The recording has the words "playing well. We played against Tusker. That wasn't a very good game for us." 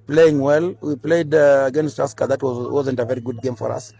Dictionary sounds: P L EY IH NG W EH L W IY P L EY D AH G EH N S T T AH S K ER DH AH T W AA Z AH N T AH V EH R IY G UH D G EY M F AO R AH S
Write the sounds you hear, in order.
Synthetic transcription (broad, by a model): P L EY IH NG W EH L W IY P L EY D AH G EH N S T T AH S K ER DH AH T W AA Z AH N T AH V EH R IY G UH D G EY M F AO R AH S